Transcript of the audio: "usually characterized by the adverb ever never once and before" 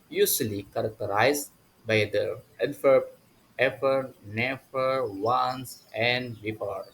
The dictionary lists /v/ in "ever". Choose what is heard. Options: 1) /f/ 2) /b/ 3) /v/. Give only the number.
1